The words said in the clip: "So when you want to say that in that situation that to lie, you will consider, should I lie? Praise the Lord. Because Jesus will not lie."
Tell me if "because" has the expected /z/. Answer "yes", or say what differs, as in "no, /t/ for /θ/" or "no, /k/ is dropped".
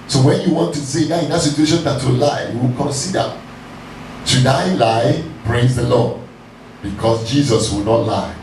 no, /s/ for /z/